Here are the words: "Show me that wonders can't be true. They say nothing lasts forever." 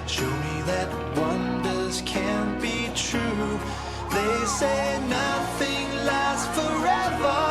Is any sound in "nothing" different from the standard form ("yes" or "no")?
no